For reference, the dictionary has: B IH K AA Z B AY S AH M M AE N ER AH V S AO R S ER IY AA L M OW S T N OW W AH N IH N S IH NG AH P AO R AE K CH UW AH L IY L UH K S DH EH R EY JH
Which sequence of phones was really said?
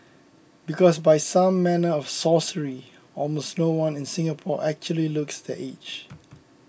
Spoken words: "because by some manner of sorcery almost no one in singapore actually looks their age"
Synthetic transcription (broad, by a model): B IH K AA S B AY S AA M M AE N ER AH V S AO S ER IY AA L M OW S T N OW W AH N IH N S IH NG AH P AO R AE K CH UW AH L IY L UH K S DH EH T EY CH